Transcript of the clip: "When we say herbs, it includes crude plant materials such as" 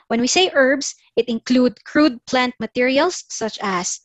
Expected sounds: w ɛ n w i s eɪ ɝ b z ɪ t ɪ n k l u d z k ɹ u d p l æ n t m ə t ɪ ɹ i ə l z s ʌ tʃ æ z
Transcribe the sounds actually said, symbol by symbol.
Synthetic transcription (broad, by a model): w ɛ n w i s eɪ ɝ b s ɪ t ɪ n k l u d k ɹ u d p l æ n t m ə t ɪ ɹ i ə l s ʌ tʃ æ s